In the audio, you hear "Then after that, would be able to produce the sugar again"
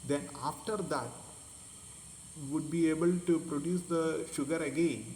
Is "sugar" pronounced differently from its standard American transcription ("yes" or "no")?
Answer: no